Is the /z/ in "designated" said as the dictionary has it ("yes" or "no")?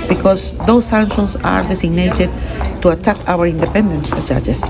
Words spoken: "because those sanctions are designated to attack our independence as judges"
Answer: no